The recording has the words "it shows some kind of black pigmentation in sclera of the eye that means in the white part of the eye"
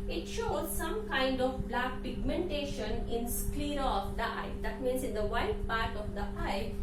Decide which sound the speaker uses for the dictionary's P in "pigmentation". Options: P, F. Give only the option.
P